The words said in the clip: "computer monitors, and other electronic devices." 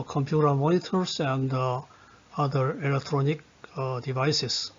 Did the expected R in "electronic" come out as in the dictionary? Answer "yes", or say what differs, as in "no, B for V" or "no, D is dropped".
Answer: yes